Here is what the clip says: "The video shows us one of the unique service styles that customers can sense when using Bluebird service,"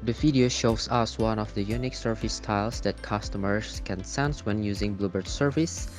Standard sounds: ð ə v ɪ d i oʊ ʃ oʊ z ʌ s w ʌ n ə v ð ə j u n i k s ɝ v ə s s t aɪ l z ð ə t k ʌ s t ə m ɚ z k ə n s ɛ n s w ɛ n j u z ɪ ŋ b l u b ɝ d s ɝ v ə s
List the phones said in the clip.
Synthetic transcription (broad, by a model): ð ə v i d i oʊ ʃ oʊ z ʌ s w ʌ n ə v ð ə j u n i k s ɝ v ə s s t aɪ l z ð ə t k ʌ s t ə m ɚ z k ə n s ɛ n s w ɛ n j u z ɪ ŋ b l u b ɝ d s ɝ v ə s